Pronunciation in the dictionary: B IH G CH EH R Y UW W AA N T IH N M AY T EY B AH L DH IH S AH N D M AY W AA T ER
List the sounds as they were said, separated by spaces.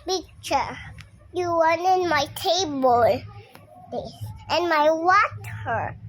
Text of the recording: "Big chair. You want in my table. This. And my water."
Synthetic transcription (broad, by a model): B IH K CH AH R Y UW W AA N IH N M AY T EY B AH L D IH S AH N M AY W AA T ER